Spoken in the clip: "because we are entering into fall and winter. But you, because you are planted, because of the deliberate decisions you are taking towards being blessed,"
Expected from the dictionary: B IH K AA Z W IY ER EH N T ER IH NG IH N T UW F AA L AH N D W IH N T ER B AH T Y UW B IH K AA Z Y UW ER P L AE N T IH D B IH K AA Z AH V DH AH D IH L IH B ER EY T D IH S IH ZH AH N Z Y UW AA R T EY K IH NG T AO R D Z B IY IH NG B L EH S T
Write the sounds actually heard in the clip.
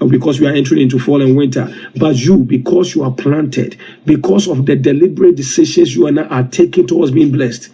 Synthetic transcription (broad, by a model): B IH K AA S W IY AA EH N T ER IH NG IH N T UW F AA L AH N W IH N T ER B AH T Y UW B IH K AA S Y UW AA P L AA N T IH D B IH K AA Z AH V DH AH D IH L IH B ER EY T D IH S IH SH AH N S Y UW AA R T EY K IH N T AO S B IY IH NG B L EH S T